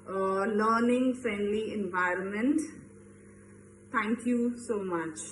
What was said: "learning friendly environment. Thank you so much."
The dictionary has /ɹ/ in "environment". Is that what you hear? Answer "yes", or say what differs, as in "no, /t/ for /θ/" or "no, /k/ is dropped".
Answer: yes